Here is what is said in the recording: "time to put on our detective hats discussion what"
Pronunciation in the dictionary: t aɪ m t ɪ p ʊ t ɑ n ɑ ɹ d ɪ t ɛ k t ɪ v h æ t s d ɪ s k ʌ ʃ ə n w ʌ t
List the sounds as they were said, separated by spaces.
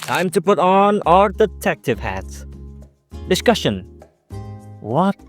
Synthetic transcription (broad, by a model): t aɪ m t ɪ p ʊ t n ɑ l d ɪ t ɛ k t ɪ v h æ t s d ɪ s k ʌ ʃ ə n w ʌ t